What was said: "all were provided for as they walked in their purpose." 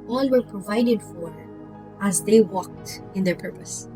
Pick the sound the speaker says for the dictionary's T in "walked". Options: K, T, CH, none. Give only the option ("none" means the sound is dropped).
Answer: T